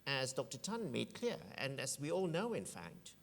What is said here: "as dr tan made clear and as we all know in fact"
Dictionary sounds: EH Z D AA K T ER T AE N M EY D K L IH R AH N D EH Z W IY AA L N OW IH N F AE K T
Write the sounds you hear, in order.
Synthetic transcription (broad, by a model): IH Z D AA K T ER T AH N M EY D K L IH R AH N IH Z W IY AA L N OW IH N F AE K T